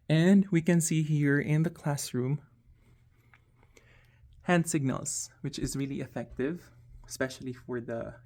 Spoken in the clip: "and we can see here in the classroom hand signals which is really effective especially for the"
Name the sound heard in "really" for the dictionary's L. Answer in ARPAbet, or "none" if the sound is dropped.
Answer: L